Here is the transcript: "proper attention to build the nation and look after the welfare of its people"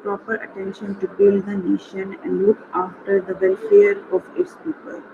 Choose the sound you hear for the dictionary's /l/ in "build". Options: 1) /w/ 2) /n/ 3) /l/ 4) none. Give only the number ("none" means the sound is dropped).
4